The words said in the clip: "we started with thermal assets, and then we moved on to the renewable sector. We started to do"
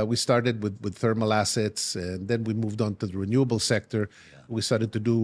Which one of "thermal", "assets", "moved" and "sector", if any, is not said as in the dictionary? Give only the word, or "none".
none